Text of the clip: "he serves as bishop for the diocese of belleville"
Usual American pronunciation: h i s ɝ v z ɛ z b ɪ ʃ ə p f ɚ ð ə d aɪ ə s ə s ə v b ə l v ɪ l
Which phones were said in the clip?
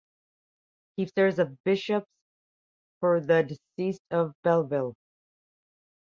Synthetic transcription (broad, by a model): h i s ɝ z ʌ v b ɪ ʃ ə p f ɚ ð ə d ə s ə s ə v b ə l v ɪ l